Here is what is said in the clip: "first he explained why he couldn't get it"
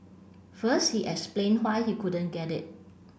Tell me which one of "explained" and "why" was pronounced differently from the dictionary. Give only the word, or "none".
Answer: explained